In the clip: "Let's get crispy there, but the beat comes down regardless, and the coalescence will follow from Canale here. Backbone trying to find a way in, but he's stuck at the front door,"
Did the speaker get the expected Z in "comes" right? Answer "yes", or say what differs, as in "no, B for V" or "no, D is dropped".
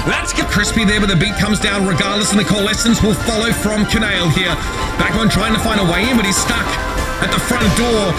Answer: yes